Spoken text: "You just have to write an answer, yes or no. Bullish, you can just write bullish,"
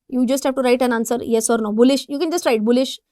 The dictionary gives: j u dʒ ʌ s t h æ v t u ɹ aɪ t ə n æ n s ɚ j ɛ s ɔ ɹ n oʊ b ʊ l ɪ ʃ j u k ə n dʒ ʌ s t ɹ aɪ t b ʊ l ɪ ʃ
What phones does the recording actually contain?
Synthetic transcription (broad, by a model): j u dʒ ʌ s t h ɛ p t u ɹ aɪ t ə n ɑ n s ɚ j ɛ s ɔ ɹ n oʊ b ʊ l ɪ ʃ j u k ə n dʒ ʌ s t ɹ aɪ t b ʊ l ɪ ʃ